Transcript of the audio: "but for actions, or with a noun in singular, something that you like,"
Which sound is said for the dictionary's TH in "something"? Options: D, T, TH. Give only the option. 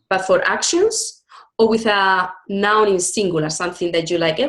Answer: TH